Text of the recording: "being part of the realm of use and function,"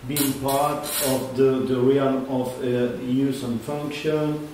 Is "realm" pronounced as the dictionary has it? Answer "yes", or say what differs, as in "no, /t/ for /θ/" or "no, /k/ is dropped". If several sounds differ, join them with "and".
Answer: no, /m/ is dropped